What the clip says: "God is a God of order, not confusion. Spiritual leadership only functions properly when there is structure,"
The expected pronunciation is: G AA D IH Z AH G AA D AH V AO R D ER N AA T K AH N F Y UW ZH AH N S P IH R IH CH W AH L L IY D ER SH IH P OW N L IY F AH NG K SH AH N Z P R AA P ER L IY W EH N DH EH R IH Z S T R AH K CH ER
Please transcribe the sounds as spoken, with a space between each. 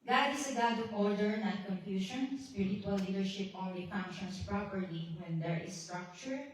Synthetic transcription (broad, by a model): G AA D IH S AH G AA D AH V AO R D ER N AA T K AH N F Y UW SH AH N S P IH R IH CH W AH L L IY D ER SH IH P OW N L IY F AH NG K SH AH N S P R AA P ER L IY W EH N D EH R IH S T R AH K CH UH